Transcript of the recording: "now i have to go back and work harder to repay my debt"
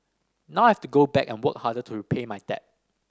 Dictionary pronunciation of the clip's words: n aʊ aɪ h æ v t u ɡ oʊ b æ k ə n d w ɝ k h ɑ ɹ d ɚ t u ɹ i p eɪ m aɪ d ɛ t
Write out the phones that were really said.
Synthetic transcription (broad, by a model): n aʊ aɪ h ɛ f t u ɡ oʊ b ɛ k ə n w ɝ k h ɑ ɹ d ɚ t u ɹ i p eɪ m aɪ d ɛ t